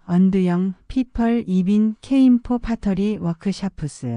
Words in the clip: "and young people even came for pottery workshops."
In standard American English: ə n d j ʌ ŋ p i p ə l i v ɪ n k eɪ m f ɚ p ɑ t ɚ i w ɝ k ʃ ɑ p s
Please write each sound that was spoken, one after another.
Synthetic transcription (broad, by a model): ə n d j ʌ ŋ p i p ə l i b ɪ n k eɪ m p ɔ p ɑ t ɚ i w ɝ k ʃ ɑ p s